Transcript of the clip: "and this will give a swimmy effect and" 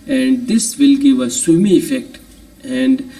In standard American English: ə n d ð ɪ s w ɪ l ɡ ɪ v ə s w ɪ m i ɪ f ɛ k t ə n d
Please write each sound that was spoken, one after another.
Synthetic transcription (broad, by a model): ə n d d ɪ s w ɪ l ɡ ɪ v ə s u m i ɪ f ɛ k t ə n d